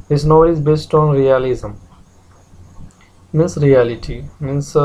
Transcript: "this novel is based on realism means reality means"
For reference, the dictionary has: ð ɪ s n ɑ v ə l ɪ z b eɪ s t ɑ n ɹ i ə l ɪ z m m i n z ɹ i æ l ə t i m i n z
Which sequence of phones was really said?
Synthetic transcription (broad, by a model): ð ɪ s n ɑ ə ɪ z b eɪ s t ɑ n ɹ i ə l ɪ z m m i n s ɹ i æ l ə t i m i n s